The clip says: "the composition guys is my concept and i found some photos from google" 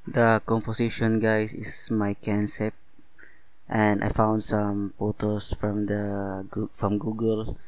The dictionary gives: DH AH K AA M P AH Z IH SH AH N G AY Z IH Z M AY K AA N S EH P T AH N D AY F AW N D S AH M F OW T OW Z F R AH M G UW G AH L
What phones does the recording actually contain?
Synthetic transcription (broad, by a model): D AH K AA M P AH S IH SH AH N G AY S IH S M AY K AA N S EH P T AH N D AY F AW N D S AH M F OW T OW S F R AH M G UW G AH L